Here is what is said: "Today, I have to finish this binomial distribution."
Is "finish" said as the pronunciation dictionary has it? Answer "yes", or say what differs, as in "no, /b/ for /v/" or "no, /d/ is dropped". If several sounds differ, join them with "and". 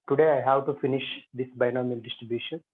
yes